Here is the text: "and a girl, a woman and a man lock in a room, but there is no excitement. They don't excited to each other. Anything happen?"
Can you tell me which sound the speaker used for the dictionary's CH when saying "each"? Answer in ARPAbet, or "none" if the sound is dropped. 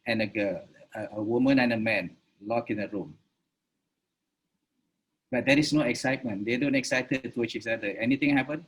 S